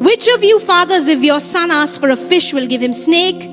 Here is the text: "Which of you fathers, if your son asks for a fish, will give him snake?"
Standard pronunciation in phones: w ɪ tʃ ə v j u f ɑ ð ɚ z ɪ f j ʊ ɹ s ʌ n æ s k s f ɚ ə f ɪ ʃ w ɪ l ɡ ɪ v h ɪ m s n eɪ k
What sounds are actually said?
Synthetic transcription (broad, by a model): w ɪ tʃ ə v j u f ɑ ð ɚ z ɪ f j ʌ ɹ s ʌ n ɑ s s f ɚ ə f ɪ ʃ w ɪ l ɡ ɪ v h ɪ m s n eɪ k